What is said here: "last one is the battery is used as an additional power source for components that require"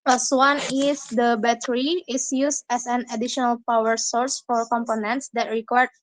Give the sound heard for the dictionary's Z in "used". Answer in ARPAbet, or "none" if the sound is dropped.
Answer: S